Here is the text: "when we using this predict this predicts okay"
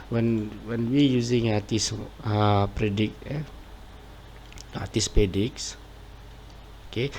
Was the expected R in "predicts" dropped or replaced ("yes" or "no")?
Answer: yes